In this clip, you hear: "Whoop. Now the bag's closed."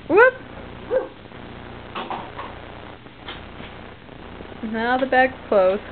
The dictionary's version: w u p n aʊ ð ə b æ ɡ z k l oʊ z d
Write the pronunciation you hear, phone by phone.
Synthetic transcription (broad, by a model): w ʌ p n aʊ ð ə b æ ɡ k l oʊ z